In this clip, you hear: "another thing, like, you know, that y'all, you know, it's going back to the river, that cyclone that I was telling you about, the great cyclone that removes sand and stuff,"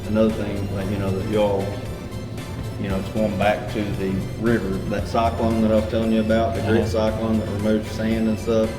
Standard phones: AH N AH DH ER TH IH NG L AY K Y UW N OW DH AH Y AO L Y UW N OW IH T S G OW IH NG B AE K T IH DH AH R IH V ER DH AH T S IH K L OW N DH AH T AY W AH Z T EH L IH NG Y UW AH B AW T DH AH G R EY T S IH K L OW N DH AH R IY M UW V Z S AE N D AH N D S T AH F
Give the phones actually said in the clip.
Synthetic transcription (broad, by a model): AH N AH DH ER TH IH NG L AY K Y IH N OW DH AH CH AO L Y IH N OW IH T S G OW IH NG B AE K T IH DH AH R IH V ER DH AH T S IH K L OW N DH AH T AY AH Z T EH L IH NG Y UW AH B AW T DH AH G R EY T S IH K L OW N DH AH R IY M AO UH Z S AE N D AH N S T AH F